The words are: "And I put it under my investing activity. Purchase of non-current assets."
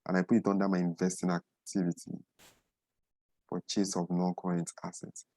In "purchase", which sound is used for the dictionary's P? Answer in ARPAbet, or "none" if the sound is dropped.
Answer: F